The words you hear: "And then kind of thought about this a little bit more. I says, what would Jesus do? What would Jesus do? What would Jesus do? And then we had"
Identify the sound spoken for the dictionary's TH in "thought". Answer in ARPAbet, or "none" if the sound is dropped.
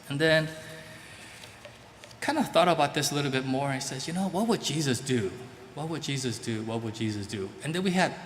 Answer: TH